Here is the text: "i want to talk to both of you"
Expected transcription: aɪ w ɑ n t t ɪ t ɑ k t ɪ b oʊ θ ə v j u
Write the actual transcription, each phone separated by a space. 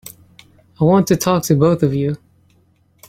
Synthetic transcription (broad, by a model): aɪ w ɑ n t t ɪ t ɑ k t ɪ b oʊ θ ə v j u